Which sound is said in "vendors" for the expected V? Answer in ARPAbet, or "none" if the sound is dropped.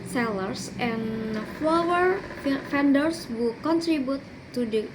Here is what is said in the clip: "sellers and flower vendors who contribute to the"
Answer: F